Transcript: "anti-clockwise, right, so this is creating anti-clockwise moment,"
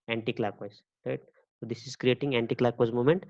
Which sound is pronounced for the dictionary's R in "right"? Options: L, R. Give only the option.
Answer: R